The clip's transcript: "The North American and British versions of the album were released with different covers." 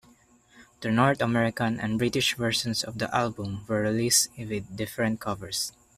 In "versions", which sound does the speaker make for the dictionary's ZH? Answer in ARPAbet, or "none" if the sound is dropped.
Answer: S